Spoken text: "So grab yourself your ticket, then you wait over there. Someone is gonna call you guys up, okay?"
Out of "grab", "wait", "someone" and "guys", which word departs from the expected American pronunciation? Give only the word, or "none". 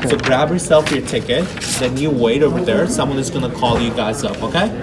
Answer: none